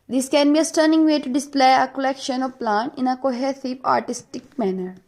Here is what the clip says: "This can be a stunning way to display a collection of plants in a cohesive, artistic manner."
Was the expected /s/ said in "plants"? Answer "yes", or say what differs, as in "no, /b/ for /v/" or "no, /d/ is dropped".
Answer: no, /s/ is dropped